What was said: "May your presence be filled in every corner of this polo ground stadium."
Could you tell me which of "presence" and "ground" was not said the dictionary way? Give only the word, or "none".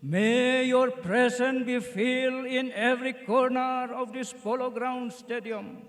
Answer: presence